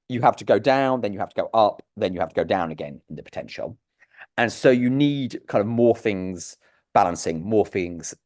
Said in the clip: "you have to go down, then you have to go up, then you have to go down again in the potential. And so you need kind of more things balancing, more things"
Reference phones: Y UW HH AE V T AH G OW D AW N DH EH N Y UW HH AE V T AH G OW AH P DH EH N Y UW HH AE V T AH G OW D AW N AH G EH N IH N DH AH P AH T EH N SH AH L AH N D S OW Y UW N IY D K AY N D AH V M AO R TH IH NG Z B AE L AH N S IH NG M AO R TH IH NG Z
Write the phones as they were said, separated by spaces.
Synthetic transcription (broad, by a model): Y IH HH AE F T AH G OW D AW N DH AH N Y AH HH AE F T AH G OW AH P DH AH N Y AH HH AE F T AH G OW D AW N AH G EH N IH N DH AH P AH T EH N SH AH L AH N S OW Y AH N IY D K AY N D AH V M AO TH IH NG Z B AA L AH N S IH NG M AO TH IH NG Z